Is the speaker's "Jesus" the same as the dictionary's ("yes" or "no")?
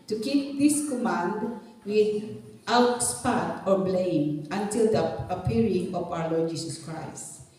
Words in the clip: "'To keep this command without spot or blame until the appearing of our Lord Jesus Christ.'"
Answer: no